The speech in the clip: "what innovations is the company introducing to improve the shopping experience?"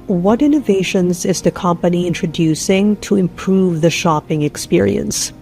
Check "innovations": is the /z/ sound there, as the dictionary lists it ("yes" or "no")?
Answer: yes